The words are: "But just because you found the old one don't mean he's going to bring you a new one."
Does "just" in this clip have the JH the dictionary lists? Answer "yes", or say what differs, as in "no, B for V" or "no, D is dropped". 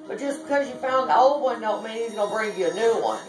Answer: no, ZH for JH